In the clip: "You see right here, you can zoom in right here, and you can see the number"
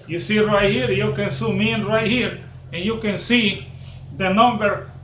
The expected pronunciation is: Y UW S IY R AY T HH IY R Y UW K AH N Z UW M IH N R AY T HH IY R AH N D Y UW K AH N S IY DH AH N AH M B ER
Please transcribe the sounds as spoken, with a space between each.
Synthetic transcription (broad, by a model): Y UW S IY R AY T HH IY R Y UW K AH N S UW M IH N R AY T HH IY R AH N Y UW K AH N S IY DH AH N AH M B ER